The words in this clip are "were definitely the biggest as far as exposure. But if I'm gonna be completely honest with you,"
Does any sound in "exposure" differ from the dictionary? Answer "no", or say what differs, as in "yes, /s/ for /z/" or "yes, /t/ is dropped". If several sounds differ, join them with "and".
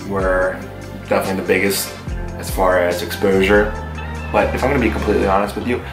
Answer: no